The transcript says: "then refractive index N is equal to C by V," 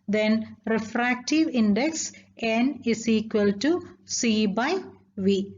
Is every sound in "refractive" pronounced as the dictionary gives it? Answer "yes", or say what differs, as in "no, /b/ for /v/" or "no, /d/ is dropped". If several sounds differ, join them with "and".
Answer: yes